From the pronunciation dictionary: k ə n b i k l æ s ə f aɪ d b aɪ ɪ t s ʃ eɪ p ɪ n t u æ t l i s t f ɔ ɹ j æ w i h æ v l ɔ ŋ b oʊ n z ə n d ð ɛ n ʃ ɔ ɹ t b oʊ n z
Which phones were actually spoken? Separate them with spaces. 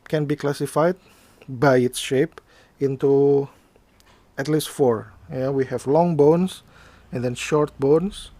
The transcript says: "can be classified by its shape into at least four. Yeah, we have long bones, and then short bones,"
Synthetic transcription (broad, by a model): k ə n b i k l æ s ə f aɪ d b aɪ ɪ t s ʃ eɪ p ɪ n t u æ t l i s t f ɔ ɹ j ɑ w i h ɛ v l ɔ ŋ b oʊ n s ə n d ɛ n ʃ ɔ ɹ t b oʊ n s